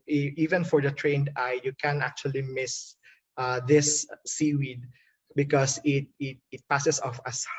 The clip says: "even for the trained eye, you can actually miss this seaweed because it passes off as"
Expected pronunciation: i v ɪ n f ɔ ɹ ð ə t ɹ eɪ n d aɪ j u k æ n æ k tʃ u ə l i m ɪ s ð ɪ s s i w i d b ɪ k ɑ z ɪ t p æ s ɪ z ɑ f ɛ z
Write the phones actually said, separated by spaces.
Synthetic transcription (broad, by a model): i v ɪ n f ɔ ɹ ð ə t ɹ eɪ n d aɪ j u k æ n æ k tʃ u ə l i m ɪ s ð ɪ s s i w i d b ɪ k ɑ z ɪ t p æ s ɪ s ɑ f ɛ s